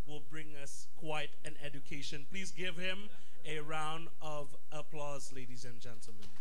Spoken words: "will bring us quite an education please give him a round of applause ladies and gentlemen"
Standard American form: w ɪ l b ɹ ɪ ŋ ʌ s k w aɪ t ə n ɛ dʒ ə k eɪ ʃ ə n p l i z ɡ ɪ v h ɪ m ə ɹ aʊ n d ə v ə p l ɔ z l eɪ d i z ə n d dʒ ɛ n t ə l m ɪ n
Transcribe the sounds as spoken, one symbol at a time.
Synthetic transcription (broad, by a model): w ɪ l b ɹ ɪ ŋ ʌ s k w aɪ t ə n ɛ dʒ ə k eɪ ʃ ə n p l i z ɡ ɪ v h ɪ m ə ɹ aʊ n d ə v ə p l ɔ z l eɪ d i z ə n dʒ ɛ n t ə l m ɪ n